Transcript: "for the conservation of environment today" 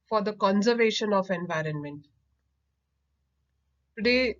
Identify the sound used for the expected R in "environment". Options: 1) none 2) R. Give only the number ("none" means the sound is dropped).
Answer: 2